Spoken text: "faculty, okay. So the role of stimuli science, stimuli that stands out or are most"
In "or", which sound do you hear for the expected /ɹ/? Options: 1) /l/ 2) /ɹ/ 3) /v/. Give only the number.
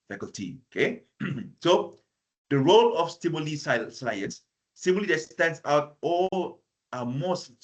1